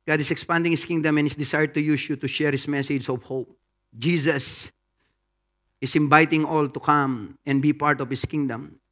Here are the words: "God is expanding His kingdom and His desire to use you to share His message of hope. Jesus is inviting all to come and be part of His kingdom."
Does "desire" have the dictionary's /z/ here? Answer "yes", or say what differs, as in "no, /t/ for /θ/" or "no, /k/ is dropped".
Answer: no, /s/ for /z/